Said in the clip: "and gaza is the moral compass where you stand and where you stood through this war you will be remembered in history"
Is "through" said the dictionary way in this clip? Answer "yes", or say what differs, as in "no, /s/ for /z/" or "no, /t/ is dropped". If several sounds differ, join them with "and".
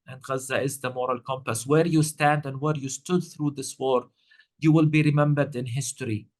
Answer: yes